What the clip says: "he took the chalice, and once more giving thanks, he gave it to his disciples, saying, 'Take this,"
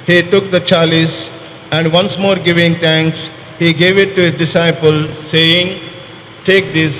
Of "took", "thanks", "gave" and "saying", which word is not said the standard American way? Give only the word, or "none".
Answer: thanks